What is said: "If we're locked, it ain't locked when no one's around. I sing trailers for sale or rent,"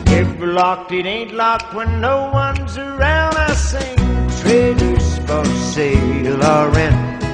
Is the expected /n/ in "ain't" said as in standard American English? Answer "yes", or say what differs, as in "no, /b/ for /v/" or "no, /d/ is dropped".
yes